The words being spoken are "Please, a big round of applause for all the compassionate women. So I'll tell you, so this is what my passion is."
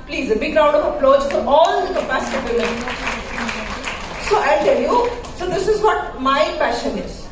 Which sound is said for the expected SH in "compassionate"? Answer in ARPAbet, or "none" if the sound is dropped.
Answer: S